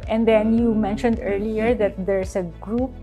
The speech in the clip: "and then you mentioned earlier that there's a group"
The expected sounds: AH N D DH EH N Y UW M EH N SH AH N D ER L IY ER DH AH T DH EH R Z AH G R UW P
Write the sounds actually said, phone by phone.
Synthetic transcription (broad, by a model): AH N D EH N Y UW M EH N SH AH N D ER L IY ER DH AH T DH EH R S AH G R UW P